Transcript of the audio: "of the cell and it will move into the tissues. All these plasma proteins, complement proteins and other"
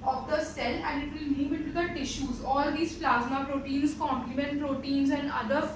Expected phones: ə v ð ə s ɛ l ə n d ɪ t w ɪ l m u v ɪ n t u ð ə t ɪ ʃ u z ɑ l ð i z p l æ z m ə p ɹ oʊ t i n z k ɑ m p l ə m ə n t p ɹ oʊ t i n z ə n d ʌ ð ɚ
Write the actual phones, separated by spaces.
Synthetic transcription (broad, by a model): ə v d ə s ɛ l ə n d ɪ t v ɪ l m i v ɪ t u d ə t ɪ ʃ u z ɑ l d i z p l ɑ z m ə p ɹ oʊ t i n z k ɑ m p l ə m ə n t p ɹ oʊ t i n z ə n d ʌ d ɚ